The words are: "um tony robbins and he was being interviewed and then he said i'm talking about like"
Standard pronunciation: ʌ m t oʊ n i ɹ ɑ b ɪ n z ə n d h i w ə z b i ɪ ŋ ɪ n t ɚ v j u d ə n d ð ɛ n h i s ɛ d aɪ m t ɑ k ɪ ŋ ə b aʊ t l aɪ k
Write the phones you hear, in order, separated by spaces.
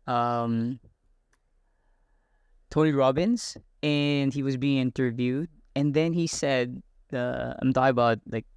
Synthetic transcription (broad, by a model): ʌ m t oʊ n i ɹ ɑ b ɪ n z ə n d i w ə z b i ɪ ŋ ɪ n t ɚ v j u d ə n ð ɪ n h i s ɛ d aɪ m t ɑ ɪ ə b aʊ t l aɪ k